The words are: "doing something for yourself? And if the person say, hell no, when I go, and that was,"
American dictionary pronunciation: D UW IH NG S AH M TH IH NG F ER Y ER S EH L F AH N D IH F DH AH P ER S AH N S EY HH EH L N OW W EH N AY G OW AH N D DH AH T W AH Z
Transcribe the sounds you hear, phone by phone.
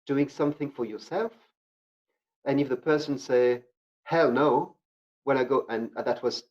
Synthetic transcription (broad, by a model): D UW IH NG S AH M TH IH NG F ER Y ER S EH L F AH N IH F DH AH P ER S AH N S EY HH EH L N OW W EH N AY G OW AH N DH AH T W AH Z